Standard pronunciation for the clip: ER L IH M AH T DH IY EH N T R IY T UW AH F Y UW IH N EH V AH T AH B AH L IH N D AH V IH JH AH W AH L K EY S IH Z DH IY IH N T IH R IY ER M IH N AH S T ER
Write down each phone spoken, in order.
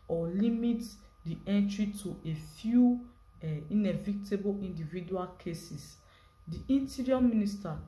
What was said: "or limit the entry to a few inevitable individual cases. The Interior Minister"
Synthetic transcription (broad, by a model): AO L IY M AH T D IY EH N T R IY T UW AH F Y UW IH N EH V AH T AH B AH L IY N D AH V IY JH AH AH L K EY S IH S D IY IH N T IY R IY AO M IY N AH S T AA